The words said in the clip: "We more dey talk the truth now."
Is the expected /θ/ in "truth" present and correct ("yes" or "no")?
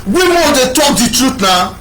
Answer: no